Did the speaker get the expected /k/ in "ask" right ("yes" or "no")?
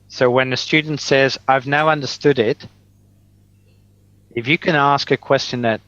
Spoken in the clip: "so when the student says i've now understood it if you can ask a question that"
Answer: yes